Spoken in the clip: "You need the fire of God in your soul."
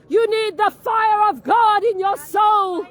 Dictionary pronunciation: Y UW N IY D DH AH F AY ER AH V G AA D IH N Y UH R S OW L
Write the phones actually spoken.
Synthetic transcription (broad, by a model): Y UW N IY D DH AH F AY ER AH V G AA D IH N Y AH R S OW L